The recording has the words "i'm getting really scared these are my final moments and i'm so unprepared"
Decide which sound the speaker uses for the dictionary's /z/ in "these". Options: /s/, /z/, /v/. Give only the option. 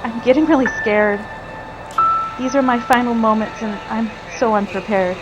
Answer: /z/